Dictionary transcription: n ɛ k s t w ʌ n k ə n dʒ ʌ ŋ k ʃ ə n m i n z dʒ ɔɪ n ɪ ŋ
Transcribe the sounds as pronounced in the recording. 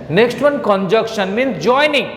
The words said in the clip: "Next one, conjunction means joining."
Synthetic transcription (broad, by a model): n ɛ k s t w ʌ n k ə n dʒ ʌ k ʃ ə n m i n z dʒ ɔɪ n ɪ ŋ